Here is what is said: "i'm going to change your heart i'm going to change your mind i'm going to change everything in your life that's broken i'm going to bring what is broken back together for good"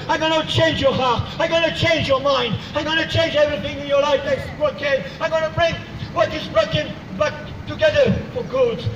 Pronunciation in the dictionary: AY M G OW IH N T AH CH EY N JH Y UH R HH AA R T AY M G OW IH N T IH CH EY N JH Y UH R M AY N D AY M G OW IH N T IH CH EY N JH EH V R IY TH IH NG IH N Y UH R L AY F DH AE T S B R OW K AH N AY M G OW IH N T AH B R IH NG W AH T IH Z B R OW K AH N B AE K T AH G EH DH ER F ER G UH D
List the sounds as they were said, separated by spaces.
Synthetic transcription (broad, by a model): AY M G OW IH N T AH CH EY N JH Y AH R HH AA R T AY M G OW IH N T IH CH EY N JH Y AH R M AY N D AY M G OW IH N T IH CH EY N JH EH V R IY TH IH NG IH N Y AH R L AY F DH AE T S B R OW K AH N AY M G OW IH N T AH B R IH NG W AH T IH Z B R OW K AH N B AE K T AH G EH DH ER F ER G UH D